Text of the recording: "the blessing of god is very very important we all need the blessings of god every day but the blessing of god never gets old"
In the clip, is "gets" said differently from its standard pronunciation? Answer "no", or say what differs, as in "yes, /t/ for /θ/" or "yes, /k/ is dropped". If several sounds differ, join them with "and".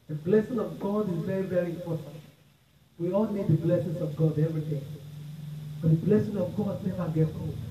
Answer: yes, /s/ is dropped